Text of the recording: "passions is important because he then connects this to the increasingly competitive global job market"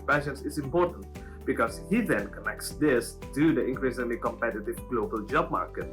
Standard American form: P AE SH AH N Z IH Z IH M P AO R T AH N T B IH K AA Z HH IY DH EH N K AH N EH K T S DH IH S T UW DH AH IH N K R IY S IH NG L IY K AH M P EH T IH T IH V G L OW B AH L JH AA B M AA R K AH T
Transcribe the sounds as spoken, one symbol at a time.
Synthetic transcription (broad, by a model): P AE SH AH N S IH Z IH M P AO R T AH N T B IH K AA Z HH IY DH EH N K AH N EH K T S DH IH S T UW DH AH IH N K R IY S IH L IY K AH M P EH T IH T IH V G L OW B AH L JH AA B M AA R K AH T